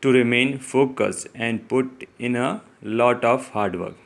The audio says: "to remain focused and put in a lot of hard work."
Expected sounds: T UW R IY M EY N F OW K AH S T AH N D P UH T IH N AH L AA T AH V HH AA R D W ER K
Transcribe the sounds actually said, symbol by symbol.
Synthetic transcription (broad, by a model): T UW R IY M EY N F OW K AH S AH N D P UH T IH N AH L AA T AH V HH AA R D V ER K